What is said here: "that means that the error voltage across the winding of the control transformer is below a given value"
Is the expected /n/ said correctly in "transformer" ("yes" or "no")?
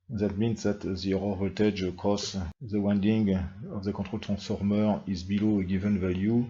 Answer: no